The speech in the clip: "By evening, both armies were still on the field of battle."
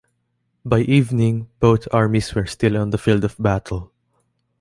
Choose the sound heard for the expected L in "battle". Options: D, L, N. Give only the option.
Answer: L